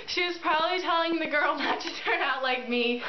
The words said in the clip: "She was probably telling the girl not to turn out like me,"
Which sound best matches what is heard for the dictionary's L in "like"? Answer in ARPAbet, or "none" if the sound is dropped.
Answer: L